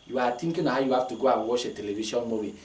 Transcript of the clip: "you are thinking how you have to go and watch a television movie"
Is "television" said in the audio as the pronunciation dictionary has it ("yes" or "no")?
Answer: no